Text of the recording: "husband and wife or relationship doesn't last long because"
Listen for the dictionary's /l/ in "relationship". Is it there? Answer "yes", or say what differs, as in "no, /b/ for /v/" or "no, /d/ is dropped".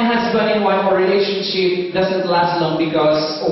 yes